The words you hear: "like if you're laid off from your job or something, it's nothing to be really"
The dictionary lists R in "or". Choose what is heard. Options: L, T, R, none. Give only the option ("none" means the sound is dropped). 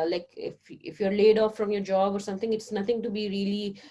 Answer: R